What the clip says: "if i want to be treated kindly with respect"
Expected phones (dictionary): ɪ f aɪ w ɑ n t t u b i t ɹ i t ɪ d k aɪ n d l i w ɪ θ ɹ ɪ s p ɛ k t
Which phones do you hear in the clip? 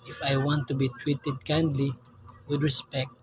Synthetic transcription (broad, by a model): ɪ f aɪ w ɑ n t t u b i t w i t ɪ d k aɪ n d l i w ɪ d ɹ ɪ s p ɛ k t